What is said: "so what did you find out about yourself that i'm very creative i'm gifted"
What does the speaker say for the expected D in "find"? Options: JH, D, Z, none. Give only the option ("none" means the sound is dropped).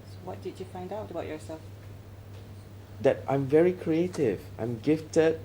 D